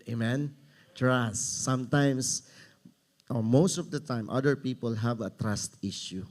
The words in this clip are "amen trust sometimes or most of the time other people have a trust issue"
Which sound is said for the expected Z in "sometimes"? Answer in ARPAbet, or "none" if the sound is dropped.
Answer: S